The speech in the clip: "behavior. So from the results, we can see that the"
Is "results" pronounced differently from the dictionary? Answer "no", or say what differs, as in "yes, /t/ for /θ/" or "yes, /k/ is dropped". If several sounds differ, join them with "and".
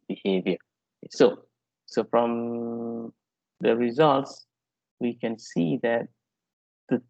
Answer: no